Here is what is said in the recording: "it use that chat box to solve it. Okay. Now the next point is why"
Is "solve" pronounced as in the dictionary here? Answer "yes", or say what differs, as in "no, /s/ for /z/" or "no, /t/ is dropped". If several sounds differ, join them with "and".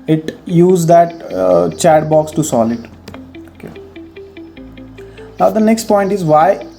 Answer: no, /v/ is dropped